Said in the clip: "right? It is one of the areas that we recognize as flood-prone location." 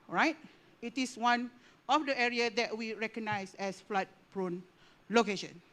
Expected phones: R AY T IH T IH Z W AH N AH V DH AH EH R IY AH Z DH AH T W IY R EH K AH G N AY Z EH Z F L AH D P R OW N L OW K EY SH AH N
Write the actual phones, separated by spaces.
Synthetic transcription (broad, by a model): R AY T IH T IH S W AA N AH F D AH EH R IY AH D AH T W IY R EH K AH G N AY S EH S F L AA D P R OW N L OW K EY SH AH N